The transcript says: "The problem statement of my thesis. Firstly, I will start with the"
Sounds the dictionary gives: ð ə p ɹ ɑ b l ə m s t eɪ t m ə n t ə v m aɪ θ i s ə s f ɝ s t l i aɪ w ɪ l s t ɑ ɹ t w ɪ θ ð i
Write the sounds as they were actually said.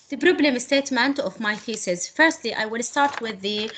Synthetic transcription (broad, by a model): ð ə b ɹ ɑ b l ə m s t eɪ t m ə n t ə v m aɪ f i s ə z f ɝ s t l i aɪ w ɪ l s t ɑ ɹ t w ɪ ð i